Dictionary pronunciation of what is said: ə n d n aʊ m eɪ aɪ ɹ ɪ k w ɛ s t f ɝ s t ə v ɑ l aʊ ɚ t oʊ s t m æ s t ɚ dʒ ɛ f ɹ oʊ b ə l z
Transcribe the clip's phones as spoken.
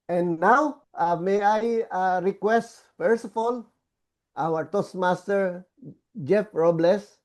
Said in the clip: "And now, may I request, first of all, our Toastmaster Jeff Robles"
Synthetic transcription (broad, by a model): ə n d n aʊ m eɪ aɪ ɹ ɪ k w ɛ s t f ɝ s ə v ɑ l aʊ ɚ t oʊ s m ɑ s t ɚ dʒ ɛ f ɹ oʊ b l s